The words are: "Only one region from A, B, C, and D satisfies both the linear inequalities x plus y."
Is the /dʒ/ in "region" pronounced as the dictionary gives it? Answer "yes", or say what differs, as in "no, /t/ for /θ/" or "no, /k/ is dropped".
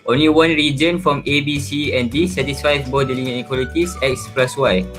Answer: yes